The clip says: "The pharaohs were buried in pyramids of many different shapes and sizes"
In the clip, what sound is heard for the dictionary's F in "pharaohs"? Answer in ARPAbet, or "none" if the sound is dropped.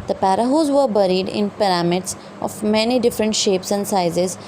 P